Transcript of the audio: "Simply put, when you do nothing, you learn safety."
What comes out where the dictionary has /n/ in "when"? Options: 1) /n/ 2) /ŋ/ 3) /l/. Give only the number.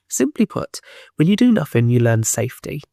3